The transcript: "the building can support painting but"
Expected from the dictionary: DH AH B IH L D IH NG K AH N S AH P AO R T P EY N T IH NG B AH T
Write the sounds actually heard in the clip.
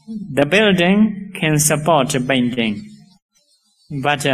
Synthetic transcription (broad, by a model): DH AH B IH L D IH NG K AH N S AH P AO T B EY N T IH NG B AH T